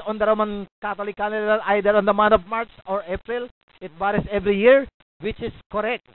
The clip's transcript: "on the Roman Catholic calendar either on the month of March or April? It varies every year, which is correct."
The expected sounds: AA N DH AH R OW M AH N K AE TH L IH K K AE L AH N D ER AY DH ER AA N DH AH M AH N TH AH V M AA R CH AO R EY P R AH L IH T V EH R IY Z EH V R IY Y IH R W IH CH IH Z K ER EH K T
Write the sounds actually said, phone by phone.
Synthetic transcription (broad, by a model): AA N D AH R OW M AH N K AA T L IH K K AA N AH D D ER AY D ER AA N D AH M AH N T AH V M AA R CH AO R EY P R AH L IH T B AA R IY S EH V R IY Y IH R W IH CH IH S K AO EH K T